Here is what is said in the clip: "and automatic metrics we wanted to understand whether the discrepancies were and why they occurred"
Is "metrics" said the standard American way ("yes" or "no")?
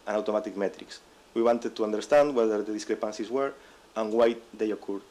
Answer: yes